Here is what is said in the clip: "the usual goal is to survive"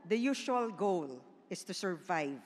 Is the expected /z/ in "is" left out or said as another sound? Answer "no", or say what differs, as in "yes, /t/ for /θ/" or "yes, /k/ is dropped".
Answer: yes, /s/ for /z/